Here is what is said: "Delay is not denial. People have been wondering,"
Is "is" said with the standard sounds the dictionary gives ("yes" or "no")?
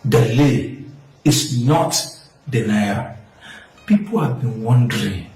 no